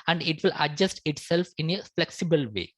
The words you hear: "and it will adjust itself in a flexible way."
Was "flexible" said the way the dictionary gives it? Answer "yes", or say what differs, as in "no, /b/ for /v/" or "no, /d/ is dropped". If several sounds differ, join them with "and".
yes